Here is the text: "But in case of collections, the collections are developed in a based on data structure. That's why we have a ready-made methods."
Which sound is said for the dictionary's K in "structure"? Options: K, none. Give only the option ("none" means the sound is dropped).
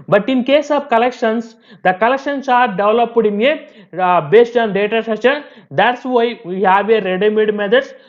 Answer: none